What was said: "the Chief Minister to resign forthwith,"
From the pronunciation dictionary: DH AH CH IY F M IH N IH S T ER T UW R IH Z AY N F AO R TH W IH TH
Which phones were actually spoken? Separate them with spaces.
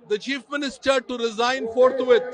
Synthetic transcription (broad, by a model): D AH CH IY F M IH N IH S T ER T UW R IH Z AY N F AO R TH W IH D